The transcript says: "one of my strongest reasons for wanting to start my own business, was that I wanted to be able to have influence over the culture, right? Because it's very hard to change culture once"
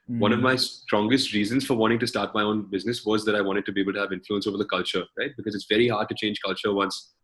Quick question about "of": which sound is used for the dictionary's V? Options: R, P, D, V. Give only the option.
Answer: V